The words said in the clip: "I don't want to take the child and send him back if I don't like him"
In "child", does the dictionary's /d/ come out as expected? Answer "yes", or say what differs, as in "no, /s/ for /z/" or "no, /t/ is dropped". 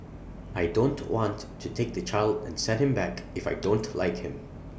yes